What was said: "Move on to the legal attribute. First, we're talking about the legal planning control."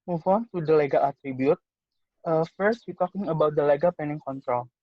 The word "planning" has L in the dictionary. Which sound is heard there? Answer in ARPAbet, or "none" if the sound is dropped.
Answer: none